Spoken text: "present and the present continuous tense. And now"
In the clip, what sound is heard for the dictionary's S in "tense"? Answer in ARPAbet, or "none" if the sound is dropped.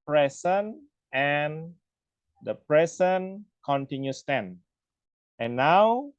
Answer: none